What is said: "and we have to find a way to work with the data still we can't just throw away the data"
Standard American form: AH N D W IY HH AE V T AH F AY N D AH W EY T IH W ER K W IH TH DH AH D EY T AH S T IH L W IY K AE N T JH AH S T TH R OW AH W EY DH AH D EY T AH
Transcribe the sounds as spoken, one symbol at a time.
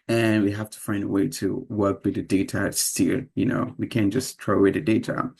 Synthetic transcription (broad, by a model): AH N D W IY HH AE F T AH F AY N D AH W EY T IH W ER K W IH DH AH D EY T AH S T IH N W IY K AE N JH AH S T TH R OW AH W EY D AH D EY T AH